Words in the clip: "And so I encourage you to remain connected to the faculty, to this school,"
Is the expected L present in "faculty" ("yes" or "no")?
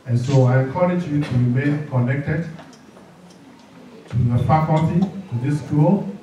no